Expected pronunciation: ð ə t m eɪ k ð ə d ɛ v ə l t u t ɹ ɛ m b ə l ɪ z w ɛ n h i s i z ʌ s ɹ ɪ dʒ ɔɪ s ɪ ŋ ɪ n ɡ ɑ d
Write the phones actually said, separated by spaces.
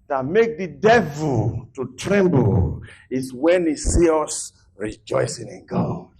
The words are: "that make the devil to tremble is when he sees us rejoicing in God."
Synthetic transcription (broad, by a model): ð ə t m eɪ k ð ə d ɛ v ə l t u t ɹ ɛ m b ə l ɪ s w ɛ n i s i ʌ s ɹ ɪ dʒ ɔɪ s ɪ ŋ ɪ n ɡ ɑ